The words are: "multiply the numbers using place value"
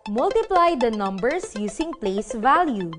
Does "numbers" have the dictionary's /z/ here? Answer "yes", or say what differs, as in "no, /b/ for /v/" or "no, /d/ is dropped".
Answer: no, /s/ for /z/